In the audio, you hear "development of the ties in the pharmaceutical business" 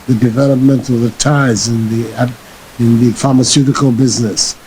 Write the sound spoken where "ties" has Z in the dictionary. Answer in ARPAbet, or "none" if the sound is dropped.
Z